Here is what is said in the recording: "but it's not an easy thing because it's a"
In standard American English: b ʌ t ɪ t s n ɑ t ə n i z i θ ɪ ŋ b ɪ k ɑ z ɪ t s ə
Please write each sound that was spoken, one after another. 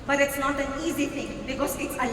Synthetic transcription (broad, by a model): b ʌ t ɪ t s n ɑ t ə n i z i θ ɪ ŋ b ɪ k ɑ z ɪ t s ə